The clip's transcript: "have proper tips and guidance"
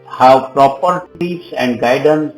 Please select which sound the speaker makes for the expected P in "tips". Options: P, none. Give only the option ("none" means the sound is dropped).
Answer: none